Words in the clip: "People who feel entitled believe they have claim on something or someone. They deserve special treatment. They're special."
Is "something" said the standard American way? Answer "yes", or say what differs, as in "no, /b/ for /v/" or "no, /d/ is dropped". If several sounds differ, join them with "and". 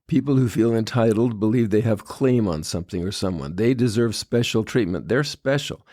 yes